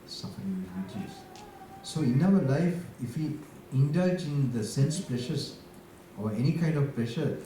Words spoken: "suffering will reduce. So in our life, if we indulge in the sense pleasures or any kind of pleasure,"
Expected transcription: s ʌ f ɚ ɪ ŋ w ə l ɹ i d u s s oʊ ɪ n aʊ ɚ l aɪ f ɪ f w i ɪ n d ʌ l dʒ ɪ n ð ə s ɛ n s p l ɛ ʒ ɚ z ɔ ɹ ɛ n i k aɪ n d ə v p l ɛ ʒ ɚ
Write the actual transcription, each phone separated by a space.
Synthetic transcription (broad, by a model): s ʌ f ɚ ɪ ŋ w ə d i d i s s oʊ ɪ n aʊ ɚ l aɪ f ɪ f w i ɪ n d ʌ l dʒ ɪ n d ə s ɛ n s p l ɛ ʃ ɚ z ɔ ɹ ɛ n i k aɪ n d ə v p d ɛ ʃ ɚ